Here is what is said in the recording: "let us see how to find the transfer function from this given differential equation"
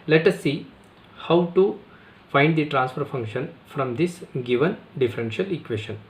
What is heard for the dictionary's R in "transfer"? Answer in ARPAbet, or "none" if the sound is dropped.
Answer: R